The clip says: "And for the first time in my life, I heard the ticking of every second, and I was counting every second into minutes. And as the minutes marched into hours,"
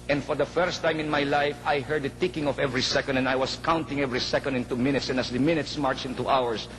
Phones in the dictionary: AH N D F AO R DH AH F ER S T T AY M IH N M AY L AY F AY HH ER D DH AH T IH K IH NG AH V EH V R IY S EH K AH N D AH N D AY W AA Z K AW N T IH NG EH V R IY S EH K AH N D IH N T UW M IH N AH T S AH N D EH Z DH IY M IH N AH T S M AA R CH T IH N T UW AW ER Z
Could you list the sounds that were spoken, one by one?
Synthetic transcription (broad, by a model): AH N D F AO R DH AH F ER S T T AY M IH N M AY L AY F AY HH ER D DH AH T IH K IH NG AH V EH V R IY S EH K AH N D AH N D AY W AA S K AW N T IH NG EH V R IY S EH K AH N D IH N T UW M IH N AH T S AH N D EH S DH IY M IH N AH T S M AA R CH IH N T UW AW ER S